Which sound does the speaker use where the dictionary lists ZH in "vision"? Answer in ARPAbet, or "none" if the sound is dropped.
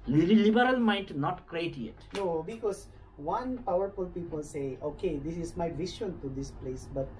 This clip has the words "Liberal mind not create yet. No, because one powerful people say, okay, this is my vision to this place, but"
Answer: SH